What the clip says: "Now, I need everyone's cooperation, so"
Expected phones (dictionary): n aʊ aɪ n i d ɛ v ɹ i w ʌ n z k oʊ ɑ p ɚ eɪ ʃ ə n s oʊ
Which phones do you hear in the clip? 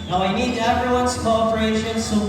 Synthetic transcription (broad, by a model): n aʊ aɪ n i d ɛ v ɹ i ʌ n s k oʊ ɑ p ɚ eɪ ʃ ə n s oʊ